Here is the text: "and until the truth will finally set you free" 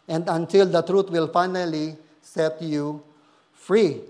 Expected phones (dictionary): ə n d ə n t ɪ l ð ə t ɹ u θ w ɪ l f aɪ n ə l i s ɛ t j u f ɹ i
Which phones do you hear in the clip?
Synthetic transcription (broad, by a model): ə n d ə n t ɪ l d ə t ɹ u t w ɪ l f aɪ n ə l i s ɛ t j u f ɹ i